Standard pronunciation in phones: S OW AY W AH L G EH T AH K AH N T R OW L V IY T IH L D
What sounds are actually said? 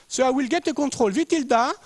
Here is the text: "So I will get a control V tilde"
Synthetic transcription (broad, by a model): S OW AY W AH L G EH T AH K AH T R OW L V IY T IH L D